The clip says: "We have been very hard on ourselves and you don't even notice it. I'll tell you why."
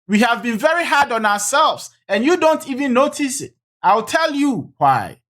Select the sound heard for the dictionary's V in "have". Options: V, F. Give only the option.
V